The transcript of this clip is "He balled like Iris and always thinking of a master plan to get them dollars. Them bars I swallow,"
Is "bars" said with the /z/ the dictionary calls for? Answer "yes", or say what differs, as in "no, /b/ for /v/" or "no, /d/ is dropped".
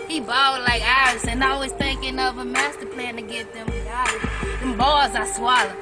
yes